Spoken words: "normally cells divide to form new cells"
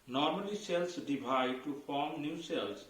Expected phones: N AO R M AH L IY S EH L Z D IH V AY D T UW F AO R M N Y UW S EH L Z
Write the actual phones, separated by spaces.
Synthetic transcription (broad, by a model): N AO R M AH L IY S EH L S D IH B AY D T UW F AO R M N Y UW S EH L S